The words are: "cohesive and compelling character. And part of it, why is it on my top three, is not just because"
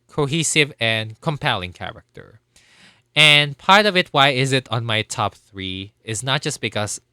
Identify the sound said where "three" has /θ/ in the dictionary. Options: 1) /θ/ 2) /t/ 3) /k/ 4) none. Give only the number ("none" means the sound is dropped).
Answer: 1